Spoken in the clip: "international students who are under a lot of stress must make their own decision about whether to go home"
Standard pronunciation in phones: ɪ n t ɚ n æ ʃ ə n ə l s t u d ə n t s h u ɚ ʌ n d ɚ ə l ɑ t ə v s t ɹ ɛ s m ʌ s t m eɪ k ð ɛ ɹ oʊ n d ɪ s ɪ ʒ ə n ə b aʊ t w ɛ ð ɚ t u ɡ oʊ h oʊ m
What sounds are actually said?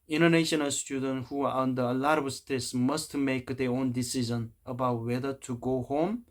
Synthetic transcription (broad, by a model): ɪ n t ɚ n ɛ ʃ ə n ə l s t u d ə n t h u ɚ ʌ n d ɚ ə l ɑ t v s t ɛ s m ʌ s t m eɪ k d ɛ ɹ oʊ n d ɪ s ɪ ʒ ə n ə b aʊ t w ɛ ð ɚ t u ɡ oʊ h oʊ m